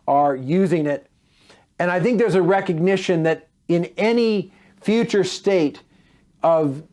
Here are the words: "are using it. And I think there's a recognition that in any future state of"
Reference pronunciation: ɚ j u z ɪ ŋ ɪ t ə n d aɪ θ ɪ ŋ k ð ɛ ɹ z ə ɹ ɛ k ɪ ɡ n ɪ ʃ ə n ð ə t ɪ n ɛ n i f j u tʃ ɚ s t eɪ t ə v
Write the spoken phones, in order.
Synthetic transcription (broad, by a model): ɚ j u z ɪ ŋ ɪ t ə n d aɪ θ ɪ ŋ k ð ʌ ɹ z ə ɹ ɛ k ɪ ɡ n ɪ ʃ ə n ð ə t ɪ n ɛ n i f j u tʃ ɚ s t eɪ t ə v